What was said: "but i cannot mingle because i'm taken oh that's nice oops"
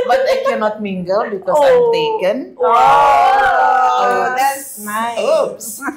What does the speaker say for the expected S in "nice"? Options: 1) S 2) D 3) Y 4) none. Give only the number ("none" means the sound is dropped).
4